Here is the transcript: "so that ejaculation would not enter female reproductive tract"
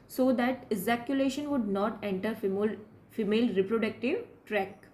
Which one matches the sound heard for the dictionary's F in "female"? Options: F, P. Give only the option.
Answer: F